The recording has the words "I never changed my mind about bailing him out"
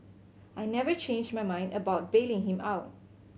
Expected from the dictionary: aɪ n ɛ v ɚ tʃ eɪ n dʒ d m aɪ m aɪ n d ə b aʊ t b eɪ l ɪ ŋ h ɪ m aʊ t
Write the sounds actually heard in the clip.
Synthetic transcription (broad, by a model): aɪ n ɛ v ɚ tʃ eɪ n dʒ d m aɪ m aɪ n d ə b aʊ t b eɪ l ɪ ŋ h ɪ m aʊ t